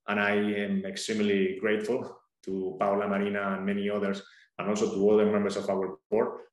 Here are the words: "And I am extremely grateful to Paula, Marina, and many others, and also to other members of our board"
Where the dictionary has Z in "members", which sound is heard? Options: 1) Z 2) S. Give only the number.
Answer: 2